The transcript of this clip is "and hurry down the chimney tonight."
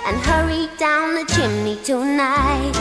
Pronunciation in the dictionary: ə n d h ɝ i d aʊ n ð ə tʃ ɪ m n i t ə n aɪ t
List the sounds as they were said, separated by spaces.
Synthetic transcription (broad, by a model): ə n h ɝ i d aʊ n ð ə tʃ ɪ m n i t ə n aɪ t